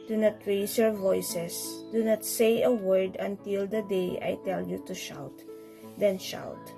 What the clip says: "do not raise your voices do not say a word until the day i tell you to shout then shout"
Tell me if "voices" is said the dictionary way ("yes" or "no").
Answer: no